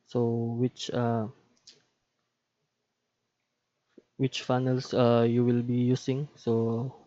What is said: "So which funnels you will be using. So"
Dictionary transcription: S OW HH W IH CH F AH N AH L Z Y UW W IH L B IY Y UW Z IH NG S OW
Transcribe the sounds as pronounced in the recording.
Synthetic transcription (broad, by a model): S OW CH W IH CH F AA N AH L S Y UW W IH L B IY Y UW S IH NG S OW